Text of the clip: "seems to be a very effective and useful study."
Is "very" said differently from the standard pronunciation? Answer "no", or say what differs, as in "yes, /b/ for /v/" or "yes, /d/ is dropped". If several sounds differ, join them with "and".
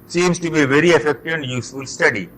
no